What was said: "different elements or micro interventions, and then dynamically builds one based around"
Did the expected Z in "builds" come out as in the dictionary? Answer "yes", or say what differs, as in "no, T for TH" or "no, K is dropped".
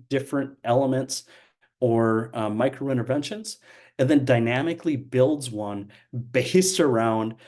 yes